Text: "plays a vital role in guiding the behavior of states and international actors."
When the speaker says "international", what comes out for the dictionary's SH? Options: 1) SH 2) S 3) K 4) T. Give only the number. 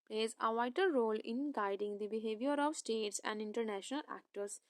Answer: 1